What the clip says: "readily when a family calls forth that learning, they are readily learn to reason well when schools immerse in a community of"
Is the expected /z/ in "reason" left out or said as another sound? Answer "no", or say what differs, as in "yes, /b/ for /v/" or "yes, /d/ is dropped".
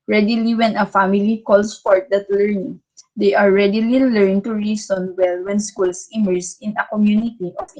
yes, /s/ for /z/